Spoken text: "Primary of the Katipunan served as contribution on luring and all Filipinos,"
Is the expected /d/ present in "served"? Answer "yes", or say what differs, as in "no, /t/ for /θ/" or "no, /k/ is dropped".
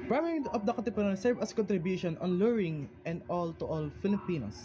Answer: no, /d/ is dropped